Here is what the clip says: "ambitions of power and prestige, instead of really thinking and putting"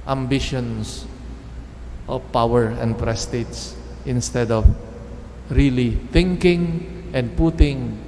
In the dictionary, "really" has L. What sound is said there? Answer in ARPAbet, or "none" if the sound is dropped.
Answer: L